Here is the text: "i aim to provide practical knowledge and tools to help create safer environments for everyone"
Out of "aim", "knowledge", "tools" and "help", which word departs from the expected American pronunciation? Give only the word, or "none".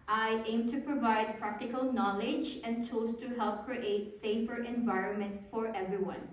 tools